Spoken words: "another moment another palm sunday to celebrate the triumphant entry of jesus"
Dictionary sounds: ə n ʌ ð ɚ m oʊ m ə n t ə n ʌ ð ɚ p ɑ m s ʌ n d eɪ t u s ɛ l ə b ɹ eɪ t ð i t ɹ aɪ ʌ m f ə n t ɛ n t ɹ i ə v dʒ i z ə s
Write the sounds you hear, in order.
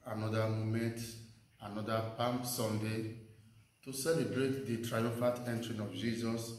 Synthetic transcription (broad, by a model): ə n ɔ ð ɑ m oʊ m ə n t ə n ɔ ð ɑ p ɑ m s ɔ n d eɪ t u s ɛ l ə b ɹ eɪ t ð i t ɹ aɪ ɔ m f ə t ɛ n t ɹ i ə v dʒ i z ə s